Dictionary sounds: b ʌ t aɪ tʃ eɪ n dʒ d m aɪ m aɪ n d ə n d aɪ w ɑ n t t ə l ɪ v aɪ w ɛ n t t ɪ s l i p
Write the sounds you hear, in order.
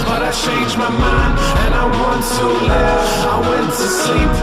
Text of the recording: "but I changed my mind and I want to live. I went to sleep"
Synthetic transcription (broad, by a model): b ʌ t aɪ tʃ eɪ n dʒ m aɪ m aɪ n d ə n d aɪ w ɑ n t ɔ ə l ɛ aɪ w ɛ n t t ɪ s l i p